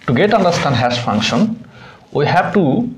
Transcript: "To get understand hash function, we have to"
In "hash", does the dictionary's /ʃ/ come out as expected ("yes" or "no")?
no